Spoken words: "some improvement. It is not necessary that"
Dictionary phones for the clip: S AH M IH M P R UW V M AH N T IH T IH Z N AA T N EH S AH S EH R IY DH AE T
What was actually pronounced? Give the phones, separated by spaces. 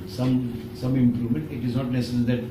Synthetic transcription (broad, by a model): S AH M IH M P R UW V M AH N T IH T IH Z N AA T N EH S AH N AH L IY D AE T